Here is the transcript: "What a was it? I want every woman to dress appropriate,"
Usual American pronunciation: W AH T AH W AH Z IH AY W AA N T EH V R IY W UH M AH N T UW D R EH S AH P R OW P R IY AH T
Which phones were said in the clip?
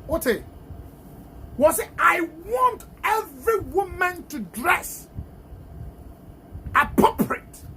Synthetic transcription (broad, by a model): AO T AH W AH S IH AY W AA N T EH V R IY W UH M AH N T UW D R EH S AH P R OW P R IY T